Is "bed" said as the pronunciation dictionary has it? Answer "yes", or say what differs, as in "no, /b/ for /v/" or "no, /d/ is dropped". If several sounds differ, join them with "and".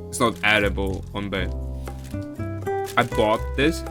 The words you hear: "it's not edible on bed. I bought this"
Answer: no, /d/ is dropped